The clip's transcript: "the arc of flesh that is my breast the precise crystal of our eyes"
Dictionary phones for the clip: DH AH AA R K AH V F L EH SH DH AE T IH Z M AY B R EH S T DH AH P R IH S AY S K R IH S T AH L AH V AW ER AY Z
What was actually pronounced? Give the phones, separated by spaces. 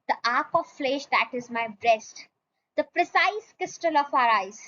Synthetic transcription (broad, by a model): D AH AA R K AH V F L EH SH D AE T IH Z M AY B R EH S T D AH P R IH S AY S K IH S T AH L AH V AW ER AY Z